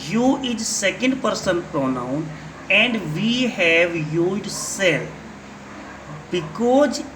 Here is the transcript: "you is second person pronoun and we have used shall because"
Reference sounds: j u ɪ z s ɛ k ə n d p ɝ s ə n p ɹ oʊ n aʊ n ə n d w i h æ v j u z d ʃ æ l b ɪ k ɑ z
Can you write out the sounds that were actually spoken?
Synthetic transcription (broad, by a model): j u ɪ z s ɛ k ə n d p ɝ s ə n p ɹ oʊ n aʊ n ə n d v i h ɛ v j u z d s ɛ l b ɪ k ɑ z